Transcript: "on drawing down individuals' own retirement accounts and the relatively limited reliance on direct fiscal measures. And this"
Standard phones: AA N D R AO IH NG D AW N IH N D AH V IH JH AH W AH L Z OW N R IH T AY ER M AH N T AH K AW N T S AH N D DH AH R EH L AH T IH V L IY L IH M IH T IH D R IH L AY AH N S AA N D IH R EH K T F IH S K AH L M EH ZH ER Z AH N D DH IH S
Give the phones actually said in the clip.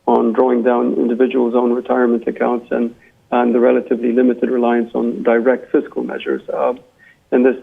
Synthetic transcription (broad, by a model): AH N D R AO IH NG D AW N IH N D AH V IH JH AH W AH L Z OW N R IH T AY ER M AH N T AH K AW N T S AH N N DH AH R EH L AH T IH V L IY L IH M IH T IH D R IH L AY AH N S N D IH R EH K T F IH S K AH L M EH ZH ER Z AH N DH IH S